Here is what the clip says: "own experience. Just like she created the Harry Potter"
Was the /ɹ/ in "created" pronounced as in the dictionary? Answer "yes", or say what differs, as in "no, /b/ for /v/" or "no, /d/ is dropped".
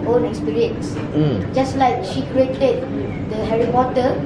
yes